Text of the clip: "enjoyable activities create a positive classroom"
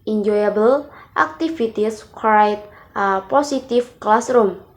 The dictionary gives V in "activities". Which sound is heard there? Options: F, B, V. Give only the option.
F